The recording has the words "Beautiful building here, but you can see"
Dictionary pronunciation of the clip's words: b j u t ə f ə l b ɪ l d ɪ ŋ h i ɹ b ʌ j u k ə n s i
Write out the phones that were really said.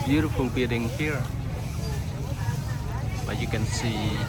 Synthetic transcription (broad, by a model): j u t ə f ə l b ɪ d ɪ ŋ h i ɹ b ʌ j u k ə n s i